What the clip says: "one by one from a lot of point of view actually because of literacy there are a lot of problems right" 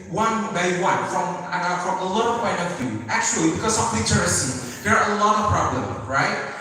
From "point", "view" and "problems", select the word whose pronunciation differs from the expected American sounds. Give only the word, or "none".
problems